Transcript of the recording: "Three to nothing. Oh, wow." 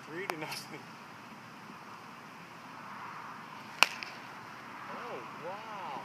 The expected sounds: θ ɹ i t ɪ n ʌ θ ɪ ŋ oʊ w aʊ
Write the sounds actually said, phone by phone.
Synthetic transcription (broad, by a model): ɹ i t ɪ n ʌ s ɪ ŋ oʊ w aʊ